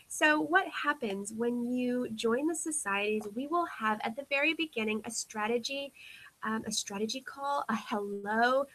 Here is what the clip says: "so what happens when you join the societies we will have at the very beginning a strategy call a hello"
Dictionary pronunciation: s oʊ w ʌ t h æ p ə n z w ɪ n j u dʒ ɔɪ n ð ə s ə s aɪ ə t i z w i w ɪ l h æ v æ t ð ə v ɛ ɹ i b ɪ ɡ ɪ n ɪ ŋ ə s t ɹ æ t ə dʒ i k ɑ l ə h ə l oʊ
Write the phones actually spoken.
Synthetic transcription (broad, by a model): s oʊ w ʌ t h æ p ə n z w ɪ n j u dʒ ɔɪ n ð ə s ə s aɪ ə t i z w i w ɪ l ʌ v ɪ t ð ə v ɛ ɹ i b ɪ ɡ ɪ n ɪ ŋ ə s t ɹ æ t ə dʒ i k ɑ l ə h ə l oʊ